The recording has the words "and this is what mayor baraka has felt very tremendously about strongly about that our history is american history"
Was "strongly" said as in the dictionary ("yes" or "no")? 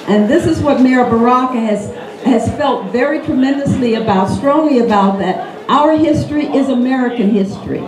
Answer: yes